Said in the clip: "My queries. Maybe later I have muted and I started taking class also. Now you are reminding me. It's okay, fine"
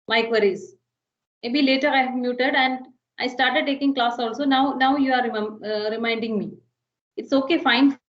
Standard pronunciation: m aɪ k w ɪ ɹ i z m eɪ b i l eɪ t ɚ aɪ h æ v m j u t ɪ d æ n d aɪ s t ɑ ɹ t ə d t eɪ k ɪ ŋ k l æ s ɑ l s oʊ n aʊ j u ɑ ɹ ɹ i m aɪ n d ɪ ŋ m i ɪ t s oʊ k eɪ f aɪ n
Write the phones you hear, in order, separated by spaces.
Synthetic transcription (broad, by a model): m aɪ k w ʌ ɹ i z m eɪ b i l eɪ t ɚ aɪ h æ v m j u t ɪ d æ n d aɪ s t ɑ ɹ t ə d t eɪ k ɪ ŋ k l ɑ s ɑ l s oʊ n aʊ j u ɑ ɹ ɹ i m aɪ n d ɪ ŋ m i ɪ t s oʊ k eɪ f aɪ n